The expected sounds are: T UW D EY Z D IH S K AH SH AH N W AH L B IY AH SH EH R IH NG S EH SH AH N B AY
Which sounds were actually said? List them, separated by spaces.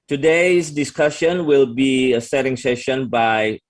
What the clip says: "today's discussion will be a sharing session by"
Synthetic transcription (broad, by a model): T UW D EY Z D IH S K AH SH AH N W AH L B IY AH S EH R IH NG S EH SH AH N B AY